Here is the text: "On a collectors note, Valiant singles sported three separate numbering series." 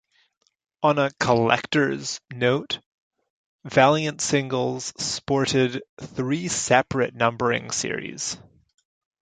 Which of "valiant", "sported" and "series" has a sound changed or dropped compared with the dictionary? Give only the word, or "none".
none